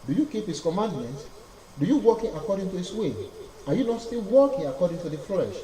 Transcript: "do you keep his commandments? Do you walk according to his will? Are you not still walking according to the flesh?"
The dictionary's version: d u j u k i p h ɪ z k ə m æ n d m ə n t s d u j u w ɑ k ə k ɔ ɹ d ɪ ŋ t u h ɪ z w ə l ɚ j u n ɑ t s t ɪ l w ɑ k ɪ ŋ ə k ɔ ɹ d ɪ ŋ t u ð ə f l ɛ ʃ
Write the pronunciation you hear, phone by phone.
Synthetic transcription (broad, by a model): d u j u k i p h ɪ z k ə m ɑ n d m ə n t d u j u w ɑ k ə k ɔ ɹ d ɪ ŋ t u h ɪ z w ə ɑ j u n ɑ t s t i l w ɑ k ɪ ŋ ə k ɔ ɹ d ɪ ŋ t u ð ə f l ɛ ʃ